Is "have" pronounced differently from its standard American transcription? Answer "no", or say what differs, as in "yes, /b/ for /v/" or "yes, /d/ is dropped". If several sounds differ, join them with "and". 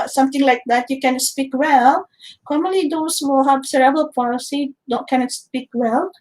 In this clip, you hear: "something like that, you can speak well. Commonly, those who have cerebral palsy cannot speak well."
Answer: yes, /b/ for /v/